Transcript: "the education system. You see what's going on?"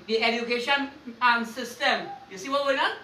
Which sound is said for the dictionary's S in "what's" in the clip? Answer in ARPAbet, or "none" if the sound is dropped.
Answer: none